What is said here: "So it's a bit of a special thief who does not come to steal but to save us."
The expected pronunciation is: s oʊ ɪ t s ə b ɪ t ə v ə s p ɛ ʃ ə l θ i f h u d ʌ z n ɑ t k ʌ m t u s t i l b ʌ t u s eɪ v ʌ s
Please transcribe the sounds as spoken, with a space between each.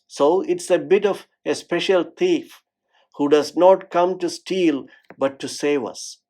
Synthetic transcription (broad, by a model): s oʊ ɪ t s ə b ɪ t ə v ə s p ɛ ʃ ə l t i f h u d ʌ z n ɑ t k ʌ m t u s t i l b ʌ t u s eɪ v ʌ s